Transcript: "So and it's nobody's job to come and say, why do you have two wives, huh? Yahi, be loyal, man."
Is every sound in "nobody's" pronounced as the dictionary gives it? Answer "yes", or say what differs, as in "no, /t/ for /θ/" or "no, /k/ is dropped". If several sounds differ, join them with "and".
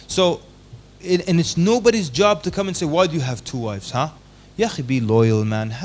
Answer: yes